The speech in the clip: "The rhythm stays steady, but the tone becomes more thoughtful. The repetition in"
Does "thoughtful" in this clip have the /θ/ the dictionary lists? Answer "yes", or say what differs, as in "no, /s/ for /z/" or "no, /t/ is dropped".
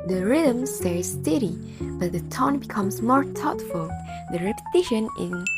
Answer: no, /t/ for /θ/